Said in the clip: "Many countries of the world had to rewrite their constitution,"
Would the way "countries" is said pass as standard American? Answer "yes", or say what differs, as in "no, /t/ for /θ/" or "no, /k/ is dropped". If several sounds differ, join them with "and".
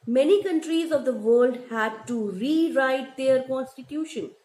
yes